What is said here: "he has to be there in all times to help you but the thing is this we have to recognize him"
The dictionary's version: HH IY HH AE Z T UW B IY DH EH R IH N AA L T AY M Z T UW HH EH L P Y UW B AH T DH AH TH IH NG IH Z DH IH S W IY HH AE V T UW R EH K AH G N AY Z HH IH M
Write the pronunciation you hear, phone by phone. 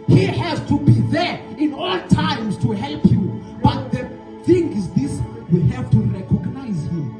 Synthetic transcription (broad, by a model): HH IY HH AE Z T UW B IY DH EH R IH N AA L T AY M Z T UW HH EH L P Y UW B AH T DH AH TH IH NG IH Z DH IH S W IY HH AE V T UW R EH K AH G N AY Z HH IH M